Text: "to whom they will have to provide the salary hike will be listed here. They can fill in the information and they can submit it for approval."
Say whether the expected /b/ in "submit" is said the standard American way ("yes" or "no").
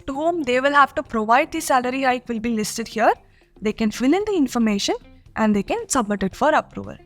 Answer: yes